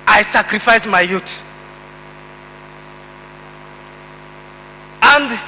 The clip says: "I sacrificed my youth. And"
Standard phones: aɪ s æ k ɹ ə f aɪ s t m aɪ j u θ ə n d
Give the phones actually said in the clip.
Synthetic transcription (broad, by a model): aɪ s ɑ k ɹ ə f aɪ s m aɪ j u t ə n d